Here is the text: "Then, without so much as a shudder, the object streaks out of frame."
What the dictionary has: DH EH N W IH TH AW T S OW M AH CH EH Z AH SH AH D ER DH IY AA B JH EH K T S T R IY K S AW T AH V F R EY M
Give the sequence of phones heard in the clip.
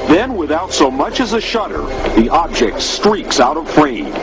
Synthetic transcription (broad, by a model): DH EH N W IH TH AW T S OW M AH CH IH Z AH SH AH D ER DH IY AA B JH EH K T S T R IY K S AW T AH V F R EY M